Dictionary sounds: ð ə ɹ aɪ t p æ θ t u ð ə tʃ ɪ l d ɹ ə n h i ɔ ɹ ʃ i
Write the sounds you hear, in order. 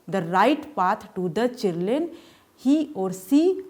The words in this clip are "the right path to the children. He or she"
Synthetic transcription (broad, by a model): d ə ɹ aɪ t p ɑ t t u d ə tʃ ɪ d l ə n h i ɔ ɹ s i